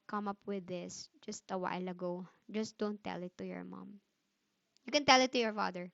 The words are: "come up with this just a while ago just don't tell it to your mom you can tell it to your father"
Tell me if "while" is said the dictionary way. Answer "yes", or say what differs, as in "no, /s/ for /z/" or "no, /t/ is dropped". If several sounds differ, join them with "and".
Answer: yes